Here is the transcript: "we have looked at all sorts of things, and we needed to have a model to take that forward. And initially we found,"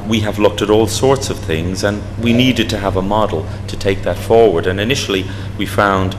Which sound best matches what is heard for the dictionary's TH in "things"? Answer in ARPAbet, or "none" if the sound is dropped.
TH